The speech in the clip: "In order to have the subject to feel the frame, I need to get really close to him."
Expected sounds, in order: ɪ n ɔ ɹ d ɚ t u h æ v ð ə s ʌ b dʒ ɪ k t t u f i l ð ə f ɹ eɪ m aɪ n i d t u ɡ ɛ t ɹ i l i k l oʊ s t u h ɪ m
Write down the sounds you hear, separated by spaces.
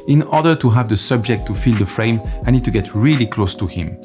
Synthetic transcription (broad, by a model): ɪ n ɔ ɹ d ɚ t u h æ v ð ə s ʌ b dʒ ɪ k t t u f i l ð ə f ɹ eɪ m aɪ n i d t u ɡ ɛ t ɹ i l i k l oʊ s t u h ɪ m